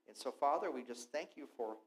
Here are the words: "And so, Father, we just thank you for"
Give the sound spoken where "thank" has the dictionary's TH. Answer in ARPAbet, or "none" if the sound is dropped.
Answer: TH